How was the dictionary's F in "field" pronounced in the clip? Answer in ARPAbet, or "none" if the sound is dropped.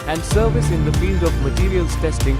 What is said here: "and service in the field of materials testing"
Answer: F